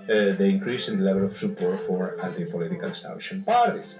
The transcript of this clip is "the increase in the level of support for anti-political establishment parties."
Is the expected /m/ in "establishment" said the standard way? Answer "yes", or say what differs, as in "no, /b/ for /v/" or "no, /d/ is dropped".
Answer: no, /m/ is dropped